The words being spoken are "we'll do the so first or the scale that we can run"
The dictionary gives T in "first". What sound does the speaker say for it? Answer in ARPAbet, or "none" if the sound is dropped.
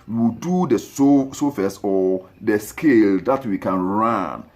none